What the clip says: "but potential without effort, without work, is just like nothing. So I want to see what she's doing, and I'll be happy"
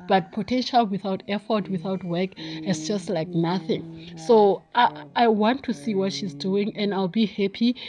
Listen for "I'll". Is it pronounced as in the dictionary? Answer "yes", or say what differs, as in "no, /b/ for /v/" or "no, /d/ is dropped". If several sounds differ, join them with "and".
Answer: yes